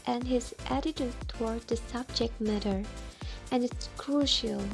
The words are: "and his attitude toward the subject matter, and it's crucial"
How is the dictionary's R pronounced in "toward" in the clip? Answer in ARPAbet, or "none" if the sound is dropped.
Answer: R